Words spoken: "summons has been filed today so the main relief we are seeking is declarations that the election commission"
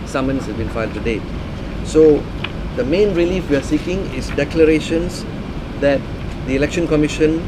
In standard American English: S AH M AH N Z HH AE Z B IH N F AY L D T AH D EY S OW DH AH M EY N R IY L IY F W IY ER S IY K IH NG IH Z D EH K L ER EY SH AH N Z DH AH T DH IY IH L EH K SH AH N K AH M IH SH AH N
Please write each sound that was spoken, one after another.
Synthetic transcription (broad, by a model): S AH M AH N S HH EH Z B IH N F AY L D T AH D EY S OW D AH M EY N R IY L IY F W IY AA S IY K IH NG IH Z D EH K L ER EY SH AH N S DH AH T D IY IH L EH K SH AH N K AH M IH SH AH N